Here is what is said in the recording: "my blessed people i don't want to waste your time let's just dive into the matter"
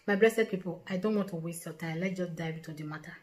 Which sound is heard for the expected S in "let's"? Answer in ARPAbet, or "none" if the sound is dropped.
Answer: none